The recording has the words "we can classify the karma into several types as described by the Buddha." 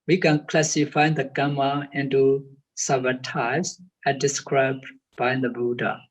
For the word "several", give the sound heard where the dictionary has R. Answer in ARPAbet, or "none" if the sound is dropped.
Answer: none